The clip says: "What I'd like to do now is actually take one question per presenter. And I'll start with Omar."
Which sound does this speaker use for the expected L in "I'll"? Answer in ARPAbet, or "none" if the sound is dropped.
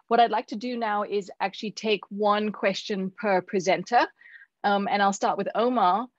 L